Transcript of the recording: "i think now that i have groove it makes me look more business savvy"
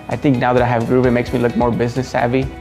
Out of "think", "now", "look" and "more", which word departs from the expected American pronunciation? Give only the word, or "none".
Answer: think